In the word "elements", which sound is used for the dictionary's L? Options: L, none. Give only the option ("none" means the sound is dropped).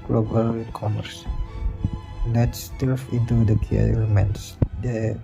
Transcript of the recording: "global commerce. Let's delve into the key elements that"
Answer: none